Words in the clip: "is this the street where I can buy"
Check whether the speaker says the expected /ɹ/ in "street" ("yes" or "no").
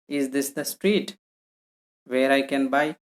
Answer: yes